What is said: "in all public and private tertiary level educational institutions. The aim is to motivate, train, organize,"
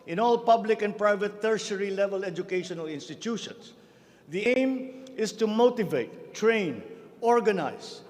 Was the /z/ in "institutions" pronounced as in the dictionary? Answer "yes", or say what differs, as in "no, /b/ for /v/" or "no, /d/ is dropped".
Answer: no, /s/ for /z/